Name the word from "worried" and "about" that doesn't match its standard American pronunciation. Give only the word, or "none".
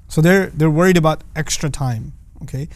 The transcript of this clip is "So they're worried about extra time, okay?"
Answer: none